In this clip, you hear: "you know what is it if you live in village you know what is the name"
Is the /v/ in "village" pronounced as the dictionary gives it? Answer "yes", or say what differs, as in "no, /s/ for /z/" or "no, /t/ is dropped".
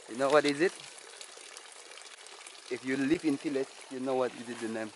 no, /f/ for /v/